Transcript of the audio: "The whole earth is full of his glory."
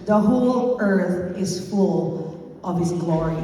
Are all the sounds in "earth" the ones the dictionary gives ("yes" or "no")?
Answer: yes